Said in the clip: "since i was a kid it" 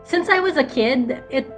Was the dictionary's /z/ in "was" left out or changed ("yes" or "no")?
no